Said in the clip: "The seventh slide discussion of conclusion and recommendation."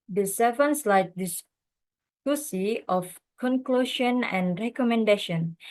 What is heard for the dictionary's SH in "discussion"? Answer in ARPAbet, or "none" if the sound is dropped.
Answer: S